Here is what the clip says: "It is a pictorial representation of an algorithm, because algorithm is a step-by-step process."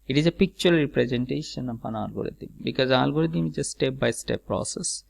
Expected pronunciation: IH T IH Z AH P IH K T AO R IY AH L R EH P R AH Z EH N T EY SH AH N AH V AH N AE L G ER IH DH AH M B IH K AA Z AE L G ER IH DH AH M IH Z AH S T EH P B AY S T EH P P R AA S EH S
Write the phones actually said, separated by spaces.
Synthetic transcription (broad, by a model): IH T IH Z AH P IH K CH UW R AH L R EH P R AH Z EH N T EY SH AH N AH P AH N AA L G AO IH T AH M B IH K AA Z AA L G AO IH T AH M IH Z AH S T EH P B AY S T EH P P R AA S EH S